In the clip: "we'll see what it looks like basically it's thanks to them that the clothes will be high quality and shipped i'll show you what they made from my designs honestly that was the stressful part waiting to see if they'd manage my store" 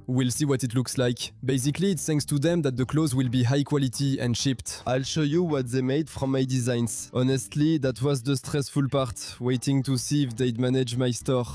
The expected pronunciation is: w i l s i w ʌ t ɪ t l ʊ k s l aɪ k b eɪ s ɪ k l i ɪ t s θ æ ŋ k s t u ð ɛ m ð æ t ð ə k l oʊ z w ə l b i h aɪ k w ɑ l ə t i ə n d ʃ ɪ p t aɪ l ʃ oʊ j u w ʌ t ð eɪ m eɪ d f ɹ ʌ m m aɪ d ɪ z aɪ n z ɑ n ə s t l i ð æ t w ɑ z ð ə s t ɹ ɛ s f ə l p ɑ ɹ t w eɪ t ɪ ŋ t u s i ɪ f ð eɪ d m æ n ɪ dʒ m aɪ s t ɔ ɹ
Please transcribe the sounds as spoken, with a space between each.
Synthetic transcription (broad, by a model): w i l s i w ʌ t ɪ t l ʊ k s l aɪ k b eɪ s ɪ k l i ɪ t s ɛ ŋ s t u ð ɛ m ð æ t ð ə k l oʊ z w ə l b i h aɪ k w ɑ l ə t i ə n d ʃ ɪ p t aɪ l ʃ oʊ j u w ʌ t ð eɪ m eɪ d f ɹ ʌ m m aɪ d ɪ z aɪ n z ɑ n ə s t l i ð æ t w ɑ z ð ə s t ɹ ɛ s f ə l p ɑ ɹ t w eɪ t ɪ ŋ t u s i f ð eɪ d m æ n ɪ dʒ m aɪ s t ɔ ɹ